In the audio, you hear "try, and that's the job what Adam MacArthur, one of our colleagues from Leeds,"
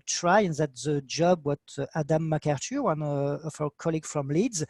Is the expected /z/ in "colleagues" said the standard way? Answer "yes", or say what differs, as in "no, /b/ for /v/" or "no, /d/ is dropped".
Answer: no, /z/ is dropped